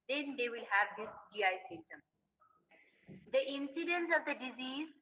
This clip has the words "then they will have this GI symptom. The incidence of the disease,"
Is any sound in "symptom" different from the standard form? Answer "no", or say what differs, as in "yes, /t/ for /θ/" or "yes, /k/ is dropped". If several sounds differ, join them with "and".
yes, /p/ is dropped